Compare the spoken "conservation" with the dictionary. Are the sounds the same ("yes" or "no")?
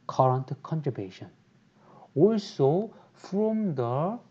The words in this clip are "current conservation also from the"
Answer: no